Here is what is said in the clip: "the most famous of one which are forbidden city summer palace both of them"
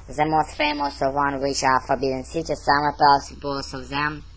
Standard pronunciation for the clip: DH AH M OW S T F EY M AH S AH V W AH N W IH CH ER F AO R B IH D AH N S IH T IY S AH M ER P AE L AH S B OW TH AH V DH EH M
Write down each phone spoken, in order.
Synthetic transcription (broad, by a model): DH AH M OW S T F EY M AH S AH V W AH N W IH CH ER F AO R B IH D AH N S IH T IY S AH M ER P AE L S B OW S AH V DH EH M